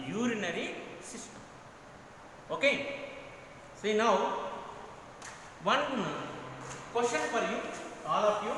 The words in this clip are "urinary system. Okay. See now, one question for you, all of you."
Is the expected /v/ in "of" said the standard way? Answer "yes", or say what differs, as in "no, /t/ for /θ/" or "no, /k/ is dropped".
no, /p/ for /v/